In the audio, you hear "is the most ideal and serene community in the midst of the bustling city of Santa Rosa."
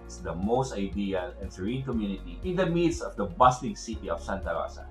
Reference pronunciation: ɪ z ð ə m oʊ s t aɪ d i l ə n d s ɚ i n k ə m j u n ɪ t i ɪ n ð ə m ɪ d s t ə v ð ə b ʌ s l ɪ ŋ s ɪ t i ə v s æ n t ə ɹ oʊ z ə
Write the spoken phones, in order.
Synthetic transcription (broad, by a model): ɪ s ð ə m oʊ s t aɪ d i l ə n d s ɚ i n k ə m j u n ɪ t i ɪ n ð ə m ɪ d s ə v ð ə b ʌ s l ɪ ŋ s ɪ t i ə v s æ n t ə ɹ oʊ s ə